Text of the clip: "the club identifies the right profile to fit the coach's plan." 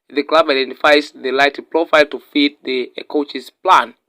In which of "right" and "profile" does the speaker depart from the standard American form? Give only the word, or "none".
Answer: right